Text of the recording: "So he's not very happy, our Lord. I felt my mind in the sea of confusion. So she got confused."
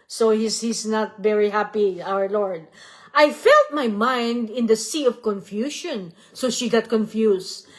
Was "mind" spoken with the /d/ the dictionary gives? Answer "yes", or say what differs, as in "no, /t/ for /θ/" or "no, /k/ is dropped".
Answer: yes